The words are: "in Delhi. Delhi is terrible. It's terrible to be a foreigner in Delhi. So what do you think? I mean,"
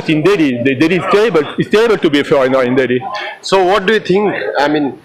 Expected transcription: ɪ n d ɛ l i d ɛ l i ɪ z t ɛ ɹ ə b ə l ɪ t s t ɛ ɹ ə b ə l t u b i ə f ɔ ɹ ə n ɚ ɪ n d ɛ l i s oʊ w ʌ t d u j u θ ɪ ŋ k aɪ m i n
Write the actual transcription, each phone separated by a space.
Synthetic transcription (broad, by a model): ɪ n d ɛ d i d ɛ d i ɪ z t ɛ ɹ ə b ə l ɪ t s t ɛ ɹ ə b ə l t u b i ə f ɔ ə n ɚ ɪ n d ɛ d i s oʊ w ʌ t d u j u t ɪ ŋ k aɪ m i n